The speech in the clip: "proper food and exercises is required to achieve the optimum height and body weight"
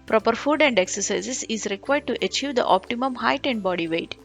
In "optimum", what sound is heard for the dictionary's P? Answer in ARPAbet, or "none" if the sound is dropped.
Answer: P